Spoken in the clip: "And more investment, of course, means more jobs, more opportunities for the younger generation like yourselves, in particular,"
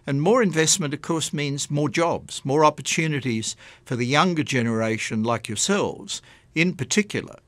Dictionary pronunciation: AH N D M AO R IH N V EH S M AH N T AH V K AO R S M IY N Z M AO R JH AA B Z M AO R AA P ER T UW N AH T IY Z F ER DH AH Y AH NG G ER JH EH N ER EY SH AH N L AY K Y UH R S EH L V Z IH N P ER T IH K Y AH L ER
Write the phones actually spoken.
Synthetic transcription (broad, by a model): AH N M AO R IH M V EH S M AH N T AH V K AO R S M IY N Z M AO R JH AA B Z M AO R AA P ER T UW N AH T IY Z F ER DH AH Y AH NG G ER JH EH N ER EY SH AH N L AY K Y UH R S EH L V Z IH N P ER T IH K Y L ER